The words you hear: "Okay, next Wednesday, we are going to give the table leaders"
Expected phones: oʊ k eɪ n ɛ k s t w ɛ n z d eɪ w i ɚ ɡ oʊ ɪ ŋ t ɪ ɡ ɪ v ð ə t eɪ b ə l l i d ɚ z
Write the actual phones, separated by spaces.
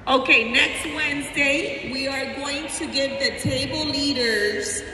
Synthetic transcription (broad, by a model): oʊ k eɪ n ɛ k s t w ɛ n z d eɪ w i ɚ ɡ oʊ ɪ ŋ t ɪ ɡ ɪ v ð ə t eɪ b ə l l i d ɚ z